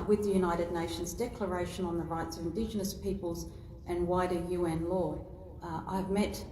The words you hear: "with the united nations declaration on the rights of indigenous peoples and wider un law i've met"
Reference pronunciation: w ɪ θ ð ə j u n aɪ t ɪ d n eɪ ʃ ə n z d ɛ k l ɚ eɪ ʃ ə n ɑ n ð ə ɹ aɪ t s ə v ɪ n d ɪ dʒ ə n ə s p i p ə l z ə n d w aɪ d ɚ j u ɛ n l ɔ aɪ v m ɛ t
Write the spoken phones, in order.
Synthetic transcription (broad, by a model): w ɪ ð ə j u n aɪ t ɪ d n eɪ ʃ ə n z d ɛ k l ɚ eɪ ʃ ə n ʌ n ð ə ɹ aɪ t s ə v ɪ n d ɪ dʒ ə n ə s p i p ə l z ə n w aɪ d ɚ j u ɛ n l ɔ aɪ v m ɛ t